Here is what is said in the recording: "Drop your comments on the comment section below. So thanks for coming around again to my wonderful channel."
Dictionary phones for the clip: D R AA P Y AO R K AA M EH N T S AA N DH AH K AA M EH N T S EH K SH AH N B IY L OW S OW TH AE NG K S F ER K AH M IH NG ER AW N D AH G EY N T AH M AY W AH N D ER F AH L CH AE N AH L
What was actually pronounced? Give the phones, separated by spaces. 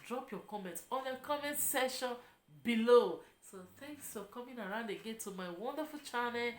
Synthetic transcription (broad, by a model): D R AA P Y AO K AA M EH N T AA N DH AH K AA M EH N T S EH SH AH N B IY L OW S OW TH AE NG K S F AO K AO M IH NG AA AW N D AH G EY N T AH M AY W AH N D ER F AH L CH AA N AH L